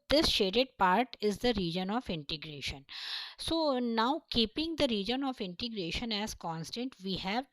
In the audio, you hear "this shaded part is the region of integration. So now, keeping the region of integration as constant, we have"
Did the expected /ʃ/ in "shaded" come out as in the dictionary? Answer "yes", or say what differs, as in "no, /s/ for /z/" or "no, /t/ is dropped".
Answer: yes